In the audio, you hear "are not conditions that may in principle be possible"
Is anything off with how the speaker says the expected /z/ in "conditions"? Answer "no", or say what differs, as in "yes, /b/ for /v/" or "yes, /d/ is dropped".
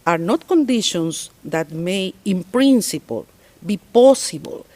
yes, /s/ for /z/